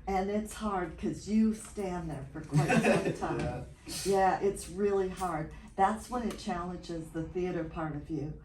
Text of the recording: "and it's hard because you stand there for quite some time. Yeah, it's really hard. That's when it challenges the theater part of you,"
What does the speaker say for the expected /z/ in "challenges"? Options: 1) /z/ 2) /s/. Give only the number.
1